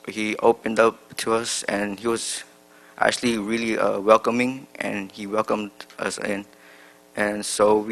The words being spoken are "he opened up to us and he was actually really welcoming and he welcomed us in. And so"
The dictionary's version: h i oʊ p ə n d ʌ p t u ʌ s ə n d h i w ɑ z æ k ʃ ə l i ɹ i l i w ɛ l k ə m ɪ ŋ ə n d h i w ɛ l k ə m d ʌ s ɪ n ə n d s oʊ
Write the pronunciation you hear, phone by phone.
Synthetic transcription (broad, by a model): h i oʊ p ə n d ʌ p t u ʌ s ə n h i w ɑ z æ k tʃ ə l i ɹ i l i w ɛ l k ə m ɪ ŋ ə n h i w ɛ l k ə m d ʌ s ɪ n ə n s oʊ